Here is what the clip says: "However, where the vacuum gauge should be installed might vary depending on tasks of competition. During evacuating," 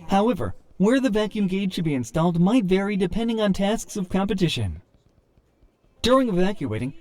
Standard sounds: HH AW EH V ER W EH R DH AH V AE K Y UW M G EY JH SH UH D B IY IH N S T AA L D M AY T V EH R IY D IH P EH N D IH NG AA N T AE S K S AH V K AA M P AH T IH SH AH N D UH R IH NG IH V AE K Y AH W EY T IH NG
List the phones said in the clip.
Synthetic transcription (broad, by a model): HH AW EH V ER W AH R DH AH V AE K Y UW M G EY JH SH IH D B IY IH N S T AA L D M AY T V EH R IY D IH P EH N D IH NG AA N T AE S K S AH V K AA M P AH T IH SH AH N D UH R IH NG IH V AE K Y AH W EY T IH NG